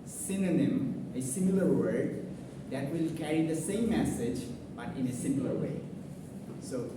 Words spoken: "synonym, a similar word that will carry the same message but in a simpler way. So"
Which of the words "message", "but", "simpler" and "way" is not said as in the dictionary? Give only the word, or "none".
simpler